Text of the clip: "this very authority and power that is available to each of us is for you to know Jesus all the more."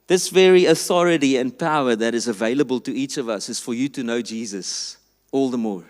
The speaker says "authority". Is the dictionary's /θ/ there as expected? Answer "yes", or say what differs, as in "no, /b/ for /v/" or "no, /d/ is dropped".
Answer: yes